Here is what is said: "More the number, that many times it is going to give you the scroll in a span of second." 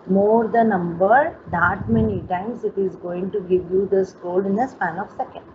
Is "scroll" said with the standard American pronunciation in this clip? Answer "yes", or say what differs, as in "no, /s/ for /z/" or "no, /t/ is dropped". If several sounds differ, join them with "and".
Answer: no, /ɹ/ is dropped